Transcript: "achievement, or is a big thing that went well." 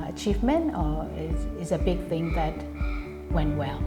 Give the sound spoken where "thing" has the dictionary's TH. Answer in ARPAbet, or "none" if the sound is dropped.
TH